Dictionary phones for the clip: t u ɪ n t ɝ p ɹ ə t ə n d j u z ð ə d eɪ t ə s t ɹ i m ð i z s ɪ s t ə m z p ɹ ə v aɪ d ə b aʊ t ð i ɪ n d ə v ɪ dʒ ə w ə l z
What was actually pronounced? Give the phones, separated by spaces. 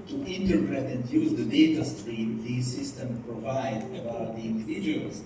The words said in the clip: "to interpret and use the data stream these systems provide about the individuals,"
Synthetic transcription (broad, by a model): t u ɪ n t ɝ p ɹ ə t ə n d j u z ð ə d eɪ t ə s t ɹ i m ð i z s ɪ s t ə m p ɹ ə v aɪ d ə b aʊ t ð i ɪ n d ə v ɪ dʒ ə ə l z